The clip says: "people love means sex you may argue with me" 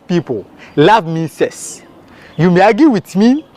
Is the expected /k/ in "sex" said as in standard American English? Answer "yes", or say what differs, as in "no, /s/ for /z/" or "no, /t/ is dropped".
no, /k/ is dropped